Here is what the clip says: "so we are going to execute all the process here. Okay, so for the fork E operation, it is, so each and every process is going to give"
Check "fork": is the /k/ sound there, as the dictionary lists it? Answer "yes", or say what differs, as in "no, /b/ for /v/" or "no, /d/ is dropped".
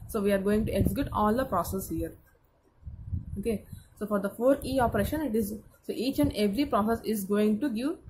no, /k/ is dropped